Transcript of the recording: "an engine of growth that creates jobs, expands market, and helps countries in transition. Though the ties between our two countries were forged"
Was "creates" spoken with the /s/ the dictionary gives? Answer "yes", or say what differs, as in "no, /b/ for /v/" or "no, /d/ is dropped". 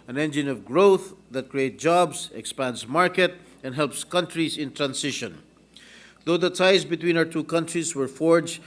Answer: no, /s/ is dropped